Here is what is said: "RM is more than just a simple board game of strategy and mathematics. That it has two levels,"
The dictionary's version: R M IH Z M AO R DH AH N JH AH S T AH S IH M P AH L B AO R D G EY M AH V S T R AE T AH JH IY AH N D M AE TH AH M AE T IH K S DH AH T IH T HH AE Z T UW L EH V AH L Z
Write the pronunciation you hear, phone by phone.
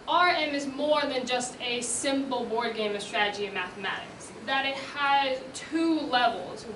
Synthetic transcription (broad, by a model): R M IH Z M AO R DH AH N JH AH S T AH S IH M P L B AO R D G EY M AH V S T R AE T AH JH IY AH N M AE TH AH M AE T IH K S DH AH T IH T HH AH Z T UW L EH V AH L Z